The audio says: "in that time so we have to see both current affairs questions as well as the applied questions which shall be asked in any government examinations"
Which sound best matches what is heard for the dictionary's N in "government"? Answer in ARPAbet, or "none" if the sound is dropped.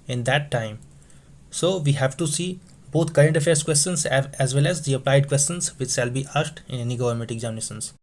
none